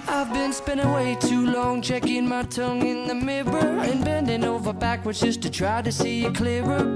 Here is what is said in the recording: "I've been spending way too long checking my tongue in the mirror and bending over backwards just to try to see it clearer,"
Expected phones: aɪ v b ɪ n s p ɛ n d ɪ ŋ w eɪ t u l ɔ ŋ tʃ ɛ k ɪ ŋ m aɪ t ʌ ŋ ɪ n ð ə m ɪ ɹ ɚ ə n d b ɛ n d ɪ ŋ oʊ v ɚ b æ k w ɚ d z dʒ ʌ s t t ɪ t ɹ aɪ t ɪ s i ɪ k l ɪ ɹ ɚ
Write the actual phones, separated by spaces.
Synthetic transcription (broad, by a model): aɪ v b ɪ n s p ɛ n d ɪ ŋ w eɪ t u l ɔ ŋ tʃ ɛ k ɪ ŋ m aɪ t ʌ ŋ ɪ n ð ə m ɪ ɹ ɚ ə n b ɛ n d ɪ ŋ oʊ v ɚ b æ k w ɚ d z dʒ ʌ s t t ɪ t ɹ aɪ t ɪ s i ɪ k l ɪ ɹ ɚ